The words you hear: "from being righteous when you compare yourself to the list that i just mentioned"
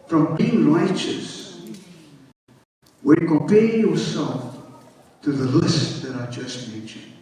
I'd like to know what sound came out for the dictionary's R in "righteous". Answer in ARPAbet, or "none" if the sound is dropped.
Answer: L